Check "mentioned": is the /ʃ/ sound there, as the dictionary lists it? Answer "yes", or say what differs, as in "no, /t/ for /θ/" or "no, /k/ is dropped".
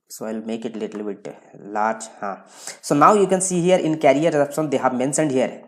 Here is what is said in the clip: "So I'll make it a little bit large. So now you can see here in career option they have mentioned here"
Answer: no, /s/ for /ʃ/